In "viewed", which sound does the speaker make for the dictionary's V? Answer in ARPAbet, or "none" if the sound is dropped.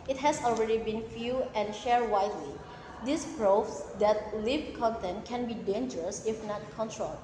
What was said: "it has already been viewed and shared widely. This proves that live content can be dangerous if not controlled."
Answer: F